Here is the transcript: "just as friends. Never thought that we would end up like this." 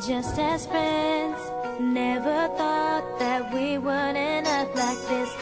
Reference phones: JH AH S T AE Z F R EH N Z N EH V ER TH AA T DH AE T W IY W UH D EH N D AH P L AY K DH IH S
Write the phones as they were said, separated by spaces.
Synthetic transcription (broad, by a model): JH AH S T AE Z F R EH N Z N EH V ER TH AA T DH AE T W IY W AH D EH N AH F L AY K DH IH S